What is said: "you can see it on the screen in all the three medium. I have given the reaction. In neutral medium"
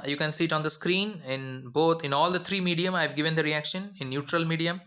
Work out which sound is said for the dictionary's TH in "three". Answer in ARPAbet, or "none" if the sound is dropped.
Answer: T